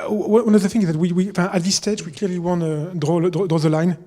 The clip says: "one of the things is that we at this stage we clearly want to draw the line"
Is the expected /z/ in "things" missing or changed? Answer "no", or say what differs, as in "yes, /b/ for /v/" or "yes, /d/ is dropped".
yes, /z/ is dropped